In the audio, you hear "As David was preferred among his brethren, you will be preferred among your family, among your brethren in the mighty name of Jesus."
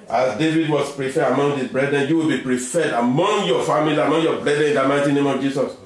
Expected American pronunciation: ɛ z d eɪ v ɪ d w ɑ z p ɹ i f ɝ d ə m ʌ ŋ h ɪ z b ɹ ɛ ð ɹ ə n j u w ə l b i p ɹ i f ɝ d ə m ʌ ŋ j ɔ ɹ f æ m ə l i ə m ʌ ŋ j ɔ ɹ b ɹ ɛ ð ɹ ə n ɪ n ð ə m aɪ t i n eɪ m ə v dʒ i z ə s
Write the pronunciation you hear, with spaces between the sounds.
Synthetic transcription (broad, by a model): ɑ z d eɪ v ɪ d w ɑ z p ɹ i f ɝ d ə m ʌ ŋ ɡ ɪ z b ɹ ɛ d ɹ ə n j u w ə l b i p ɹ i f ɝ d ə m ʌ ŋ j ɔ f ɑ m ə l i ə m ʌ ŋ j ɔ b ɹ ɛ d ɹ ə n ɪ n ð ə m aɪ t i n eɪ m ə v dʒ i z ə s